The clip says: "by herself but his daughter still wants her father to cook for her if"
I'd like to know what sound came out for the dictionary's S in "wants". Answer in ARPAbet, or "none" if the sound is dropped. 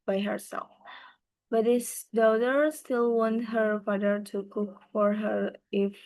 none